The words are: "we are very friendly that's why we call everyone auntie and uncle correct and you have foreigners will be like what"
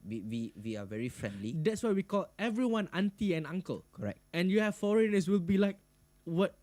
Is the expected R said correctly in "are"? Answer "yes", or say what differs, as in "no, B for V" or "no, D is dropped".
no, W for R